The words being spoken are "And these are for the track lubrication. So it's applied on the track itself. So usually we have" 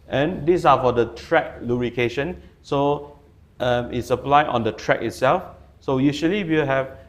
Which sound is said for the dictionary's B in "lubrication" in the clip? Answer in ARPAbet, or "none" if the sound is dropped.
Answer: none